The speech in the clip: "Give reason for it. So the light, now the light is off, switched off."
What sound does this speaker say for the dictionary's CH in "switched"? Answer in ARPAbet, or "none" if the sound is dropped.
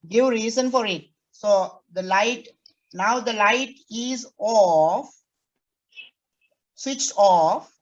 CH